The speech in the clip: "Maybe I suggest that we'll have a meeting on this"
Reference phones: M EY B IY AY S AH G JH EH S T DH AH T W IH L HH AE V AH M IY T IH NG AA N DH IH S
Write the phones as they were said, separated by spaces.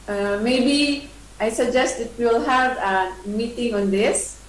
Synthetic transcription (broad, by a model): M EY B IY AY S AH G JH EH S T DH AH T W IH L HH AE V AH M IY T IH NG AA N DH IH S